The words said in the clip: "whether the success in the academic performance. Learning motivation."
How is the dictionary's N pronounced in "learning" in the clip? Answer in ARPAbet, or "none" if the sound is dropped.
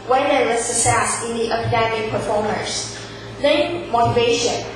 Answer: none